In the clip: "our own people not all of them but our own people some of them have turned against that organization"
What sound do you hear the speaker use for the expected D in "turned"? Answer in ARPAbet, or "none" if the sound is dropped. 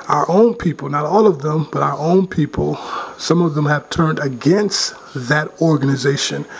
D